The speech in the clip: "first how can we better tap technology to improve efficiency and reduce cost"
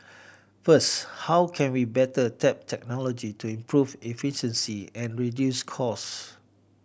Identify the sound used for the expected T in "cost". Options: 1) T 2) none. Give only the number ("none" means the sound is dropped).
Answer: 2